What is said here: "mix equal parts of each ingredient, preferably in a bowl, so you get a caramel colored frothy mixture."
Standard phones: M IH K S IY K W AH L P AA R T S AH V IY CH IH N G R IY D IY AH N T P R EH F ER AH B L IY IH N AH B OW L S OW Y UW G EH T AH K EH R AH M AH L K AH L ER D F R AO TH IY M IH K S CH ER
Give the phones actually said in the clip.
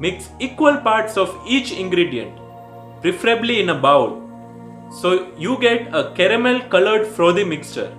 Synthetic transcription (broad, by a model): M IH K S IY K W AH L P AA R T S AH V IY CH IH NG G R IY D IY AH N T P R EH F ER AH B L IY IH N AH B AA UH S OW Y UW G EH T AH K EH R AH M AH L K AH L ER D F R AO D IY M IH K S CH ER